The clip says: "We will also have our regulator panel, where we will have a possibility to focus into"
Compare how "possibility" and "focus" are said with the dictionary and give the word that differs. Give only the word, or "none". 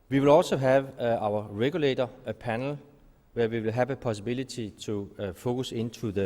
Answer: possibility